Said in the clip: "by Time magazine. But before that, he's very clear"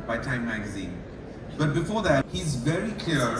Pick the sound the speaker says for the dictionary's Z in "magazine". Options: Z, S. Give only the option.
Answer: Z